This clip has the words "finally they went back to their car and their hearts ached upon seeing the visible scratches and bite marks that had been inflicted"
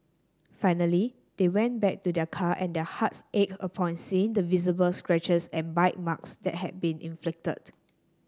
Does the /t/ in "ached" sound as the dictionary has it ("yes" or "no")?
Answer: no